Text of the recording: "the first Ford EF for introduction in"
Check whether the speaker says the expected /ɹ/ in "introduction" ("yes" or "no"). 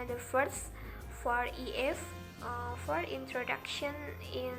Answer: yes